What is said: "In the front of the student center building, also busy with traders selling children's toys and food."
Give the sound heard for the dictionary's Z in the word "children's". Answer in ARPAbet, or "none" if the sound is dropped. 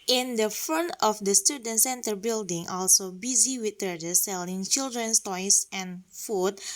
S